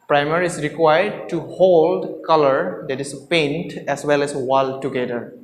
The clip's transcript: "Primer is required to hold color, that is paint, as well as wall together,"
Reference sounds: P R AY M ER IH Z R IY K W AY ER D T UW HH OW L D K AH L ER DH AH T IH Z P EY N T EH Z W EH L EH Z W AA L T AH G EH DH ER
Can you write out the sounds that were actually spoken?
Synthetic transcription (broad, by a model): P R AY M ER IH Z R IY K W AY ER D T UW HH OW L D K AH L ER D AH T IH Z P EY N T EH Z W EH L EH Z W AA L T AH G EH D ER